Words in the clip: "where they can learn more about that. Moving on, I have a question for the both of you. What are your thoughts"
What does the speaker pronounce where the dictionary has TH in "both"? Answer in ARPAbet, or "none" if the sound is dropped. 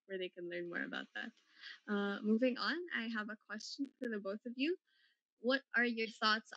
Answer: TH